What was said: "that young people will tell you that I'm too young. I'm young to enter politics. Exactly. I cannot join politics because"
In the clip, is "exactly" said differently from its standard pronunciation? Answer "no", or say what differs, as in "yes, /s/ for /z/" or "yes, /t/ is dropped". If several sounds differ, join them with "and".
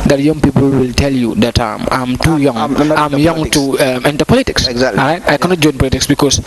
yes, /k/ is dropped